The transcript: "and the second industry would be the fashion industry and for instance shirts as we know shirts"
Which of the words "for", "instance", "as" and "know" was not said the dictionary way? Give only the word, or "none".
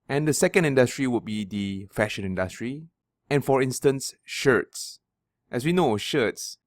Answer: as